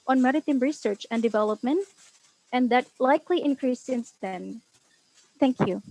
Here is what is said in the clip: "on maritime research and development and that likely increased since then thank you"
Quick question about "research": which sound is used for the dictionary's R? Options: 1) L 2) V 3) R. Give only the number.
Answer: 3